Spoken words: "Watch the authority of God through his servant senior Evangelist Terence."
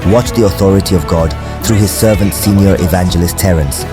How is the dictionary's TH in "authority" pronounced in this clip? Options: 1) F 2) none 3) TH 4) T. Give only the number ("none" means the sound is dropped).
3